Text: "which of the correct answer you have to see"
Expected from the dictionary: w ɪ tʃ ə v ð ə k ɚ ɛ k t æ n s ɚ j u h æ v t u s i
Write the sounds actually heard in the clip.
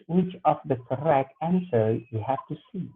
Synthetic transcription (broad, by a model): w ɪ tʃ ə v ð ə k ɚ ɛ k t æ n s ɚ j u h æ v t u s i